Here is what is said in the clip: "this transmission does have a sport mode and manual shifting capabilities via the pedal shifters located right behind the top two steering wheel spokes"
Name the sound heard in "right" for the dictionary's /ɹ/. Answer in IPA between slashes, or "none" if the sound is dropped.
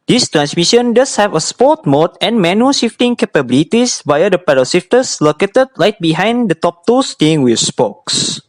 /l/